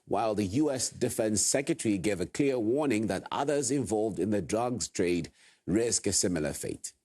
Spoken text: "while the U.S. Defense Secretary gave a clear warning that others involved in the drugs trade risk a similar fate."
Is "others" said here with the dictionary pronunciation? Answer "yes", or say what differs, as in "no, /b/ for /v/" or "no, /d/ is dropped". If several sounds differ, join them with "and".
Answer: yes